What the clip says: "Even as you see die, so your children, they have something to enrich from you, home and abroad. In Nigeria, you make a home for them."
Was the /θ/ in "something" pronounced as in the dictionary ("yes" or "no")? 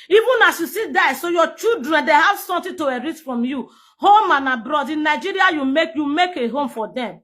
no